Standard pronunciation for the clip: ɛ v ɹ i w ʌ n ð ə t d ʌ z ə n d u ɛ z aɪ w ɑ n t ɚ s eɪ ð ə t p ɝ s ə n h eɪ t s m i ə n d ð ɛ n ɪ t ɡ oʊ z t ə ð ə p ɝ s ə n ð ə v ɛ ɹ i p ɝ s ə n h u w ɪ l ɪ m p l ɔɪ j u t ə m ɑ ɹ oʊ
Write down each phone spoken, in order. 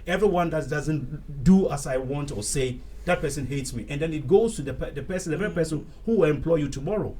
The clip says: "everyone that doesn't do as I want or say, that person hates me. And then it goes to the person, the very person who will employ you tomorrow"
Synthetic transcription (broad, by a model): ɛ v ɹ i w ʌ n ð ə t d ʌ z ə n d u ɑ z aɪ w ɑ n t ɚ s eɪ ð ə t p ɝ s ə n h eɪ t s m i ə n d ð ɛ n ɪ t ɡ oʊ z t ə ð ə p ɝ s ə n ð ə v ɛ ɹ i p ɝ s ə n h u w ɪ l ɪ m p l ɔɪ j u t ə m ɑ ɹ oʊ